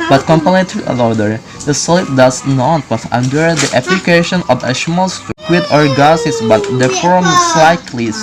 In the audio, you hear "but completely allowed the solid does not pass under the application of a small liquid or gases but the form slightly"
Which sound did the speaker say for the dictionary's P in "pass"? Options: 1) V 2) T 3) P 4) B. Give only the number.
4